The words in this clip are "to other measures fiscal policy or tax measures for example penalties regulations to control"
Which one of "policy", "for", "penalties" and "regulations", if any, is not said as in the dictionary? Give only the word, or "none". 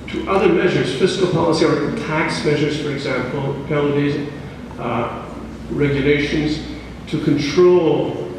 penalties